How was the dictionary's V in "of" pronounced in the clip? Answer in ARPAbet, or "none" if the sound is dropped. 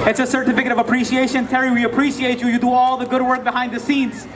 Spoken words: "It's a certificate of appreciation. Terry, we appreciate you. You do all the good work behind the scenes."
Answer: V